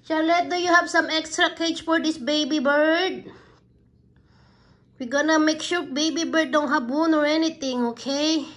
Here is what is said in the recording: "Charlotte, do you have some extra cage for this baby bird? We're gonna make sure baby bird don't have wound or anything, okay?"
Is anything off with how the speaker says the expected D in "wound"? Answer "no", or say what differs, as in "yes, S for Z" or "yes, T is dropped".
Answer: yes, D is dropped